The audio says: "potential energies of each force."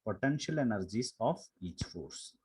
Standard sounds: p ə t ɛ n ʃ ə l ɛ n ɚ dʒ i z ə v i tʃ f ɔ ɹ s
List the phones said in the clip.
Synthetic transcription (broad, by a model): p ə t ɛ n ʃ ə l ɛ n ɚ dʒ i s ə f i tʃ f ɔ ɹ s